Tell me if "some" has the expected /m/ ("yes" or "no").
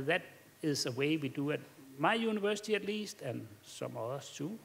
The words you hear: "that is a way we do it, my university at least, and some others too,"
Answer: yes